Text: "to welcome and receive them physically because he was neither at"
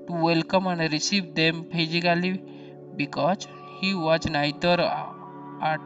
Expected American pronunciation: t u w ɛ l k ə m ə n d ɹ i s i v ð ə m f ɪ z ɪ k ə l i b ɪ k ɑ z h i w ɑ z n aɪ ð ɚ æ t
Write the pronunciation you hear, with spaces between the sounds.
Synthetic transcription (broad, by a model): t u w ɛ l k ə m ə n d ɹ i s i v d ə m p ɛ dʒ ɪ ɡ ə l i b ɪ k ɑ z h i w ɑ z n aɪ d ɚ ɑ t